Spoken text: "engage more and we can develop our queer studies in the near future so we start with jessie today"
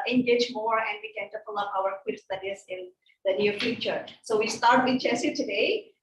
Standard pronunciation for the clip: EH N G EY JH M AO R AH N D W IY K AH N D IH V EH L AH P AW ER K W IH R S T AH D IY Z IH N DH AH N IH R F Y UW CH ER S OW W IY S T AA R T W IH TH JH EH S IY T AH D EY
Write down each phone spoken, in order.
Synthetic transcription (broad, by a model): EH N G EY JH M AO R AH N D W IY K AH N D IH P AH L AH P AW ER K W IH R S T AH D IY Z IH N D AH N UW F Y UW CH ER S OW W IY S T AA R T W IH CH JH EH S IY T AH D EY